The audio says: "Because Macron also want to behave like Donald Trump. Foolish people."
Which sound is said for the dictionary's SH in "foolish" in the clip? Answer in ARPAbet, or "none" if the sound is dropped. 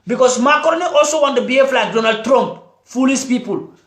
S